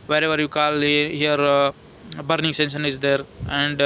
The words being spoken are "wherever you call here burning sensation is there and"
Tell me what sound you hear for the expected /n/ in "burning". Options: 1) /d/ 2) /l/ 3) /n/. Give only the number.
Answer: 3